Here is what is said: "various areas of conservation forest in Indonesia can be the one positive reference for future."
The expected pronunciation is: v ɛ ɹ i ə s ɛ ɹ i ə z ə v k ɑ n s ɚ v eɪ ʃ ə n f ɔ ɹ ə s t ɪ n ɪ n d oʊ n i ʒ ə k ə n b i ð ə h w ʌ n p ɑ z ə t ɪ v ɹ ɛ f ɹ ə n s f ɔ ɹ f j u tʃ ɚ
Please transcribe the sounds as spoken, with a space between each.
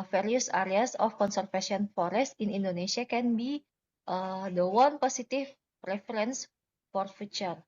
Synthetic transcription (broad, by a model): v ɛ ɹ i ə s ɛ ɹ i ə s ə f k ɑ n s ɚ f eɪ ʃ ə n f ɔ ɹ ə s t ɪ n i n d oʊ n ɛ s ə k ə n b i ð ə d w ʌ n p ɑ s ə t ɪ p ɹ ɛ f ɹ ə n s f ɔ ɹ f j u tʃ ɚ